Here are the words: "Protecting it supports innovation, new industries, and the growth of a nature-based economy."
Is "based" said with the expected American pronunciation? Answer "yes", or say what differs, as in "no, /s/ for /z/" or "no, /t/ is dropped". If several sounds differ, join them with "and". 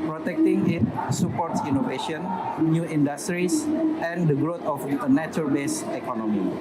no, /t/ is dropped